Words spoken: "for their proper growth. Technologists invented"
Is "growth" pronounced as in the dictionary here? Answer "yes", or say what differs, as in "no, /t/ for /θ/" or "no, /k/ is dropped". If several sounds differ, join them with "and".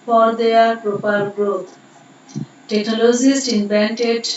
no, /t/ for /θ/